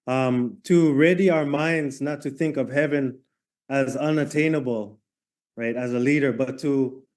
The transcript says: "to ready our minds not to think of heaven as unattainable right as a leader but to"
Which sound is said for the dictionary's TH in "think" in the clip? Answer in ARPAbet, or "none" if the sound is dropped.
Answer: TH